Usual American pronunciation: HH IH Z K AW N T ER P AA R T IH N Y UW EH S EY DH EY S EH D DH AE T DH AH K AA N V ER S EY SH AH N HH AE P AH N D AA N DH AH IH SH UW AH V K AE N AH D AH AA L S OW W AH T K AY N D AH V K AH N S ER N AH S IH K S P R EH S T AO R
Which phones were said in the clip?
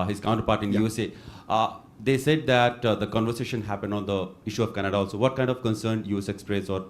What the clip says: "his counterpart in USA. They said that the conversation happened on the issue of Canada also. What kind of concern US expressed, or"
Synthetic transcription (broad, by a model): HH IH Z K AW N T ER P AA R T IH N Y UW EH S EY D EY S EH D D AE T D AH K AA N V ER S EY SH AH N HH AE P AH N D AA N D AH IH SH UW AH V K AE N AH D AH AA L S OW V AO T K AY N D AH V K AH N S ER N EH S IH K S P R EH S AO R